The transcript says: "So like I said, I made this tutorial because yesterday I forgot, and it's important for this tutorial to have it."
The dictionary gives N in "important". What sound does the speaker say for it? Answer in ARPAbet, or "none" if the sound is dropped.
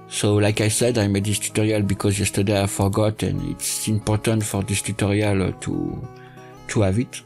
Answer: N